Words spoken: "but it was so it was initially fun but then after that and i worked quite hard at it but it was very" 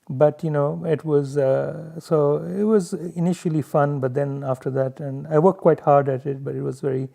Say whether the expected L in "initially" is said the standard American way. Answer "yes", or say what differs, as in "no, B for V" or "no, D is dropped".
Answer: yes